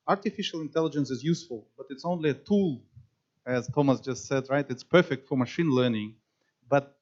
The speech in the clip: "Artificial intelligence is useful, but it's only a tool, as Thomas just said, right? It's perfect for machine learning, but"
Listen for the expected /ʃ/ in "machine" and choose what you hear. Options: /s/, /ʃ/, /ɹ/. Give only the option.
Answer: /ʃ/